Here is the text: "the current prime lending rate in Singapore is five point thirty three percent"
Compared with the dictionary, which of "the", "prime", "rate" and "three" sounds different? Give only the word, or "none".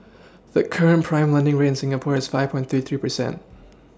rate